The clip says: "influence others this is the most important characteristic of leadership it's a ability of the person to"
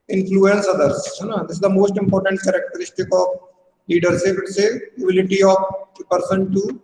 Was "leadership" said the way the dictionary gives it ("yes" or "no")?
no